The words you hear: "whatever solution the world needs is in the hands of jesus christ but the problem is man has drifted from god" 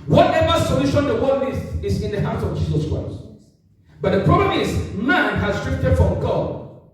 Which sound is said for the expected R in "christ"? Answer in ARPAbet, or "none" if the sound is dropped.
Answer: R